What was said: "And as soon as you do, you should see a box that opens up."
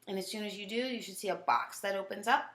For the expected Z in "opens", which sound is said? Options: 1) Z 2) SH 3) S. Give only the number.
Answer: 1